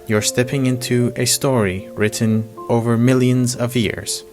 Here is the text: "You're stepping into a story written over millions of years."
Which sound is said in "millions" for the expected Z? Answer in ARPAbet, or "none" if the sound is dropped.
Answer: Z